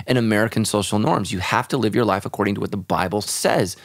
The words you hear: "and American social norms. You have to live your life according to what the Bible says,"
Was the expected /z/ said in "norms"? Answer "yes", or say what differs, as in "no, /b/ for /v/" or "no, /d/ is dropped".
yes